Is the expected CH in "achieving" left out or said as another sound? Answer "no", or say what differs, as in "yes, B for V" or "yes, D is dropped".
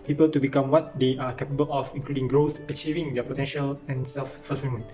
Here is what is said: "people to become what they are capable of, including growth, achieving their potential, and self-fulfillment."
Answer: no